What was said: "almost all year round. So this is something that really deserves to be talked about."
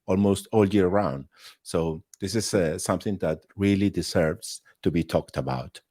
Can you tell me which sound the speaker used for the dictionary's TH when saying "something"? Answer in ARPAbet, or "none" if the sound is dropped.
TH